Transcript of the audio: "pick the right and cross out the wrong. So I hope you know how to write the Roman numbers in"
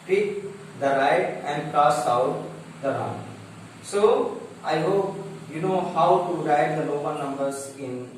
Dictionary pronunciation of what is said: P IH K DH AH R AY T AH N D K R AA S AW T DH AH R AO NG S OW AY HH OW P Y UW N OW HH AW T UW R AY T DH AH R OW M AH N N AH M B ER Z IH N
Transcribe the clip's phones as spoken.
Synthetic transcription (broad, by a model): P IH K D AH R AY T AH N D K AA S AW T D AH R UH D S OW AY HH OW P Y UW N OW HH AW T UW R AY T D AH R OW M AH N N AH M B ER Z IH N